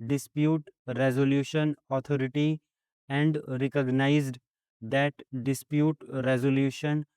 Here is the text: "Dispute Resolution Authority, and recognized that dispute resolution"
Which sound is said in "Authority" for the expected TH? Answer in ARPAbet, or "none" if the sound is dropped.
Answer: T